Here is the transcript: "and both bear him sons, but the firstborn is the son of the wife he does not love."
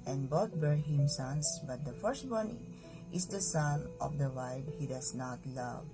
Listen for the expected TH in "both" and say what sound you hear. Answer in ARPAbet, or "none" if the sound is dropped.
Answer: T